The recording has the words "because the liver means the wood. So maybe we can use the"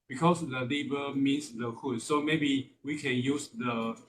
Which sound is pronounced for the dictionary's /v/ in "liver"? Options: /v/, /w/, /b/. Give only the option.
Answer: /b/